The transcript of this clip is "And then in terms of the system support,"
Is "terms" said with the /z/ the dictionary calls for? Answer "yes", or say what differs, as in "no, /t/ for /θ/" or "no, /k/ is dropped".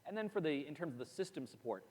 yes